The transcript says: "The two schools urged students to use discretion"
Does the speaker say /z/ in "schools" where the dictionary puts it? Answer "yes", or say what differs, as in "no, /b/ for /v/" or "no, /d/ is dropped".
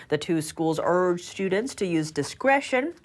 yes